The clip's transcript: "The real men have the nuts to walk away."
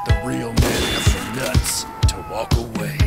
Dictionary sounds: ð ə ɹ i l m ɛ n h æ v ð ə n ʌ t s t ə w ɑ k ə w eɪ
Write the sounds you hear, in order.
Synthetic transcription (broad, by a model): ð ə ɹ i l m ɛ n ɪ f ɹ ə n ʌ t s t ə w ɑ k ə w eɪ